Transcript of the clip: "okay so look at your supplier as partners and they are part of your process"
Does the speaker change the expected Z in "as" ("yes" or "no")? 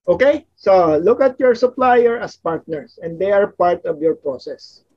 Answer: yes